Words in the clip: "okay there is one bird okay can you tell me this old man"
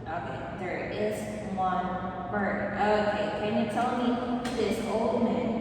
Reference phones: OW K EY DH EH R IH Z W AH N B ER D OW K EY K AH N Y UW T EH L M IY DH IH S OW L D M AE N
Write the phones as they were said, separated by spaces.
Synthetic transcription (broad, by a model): OW K EY DH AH R IH Z W AH N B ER OW K EY K AH N Y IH T EH L M IY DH IH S OW L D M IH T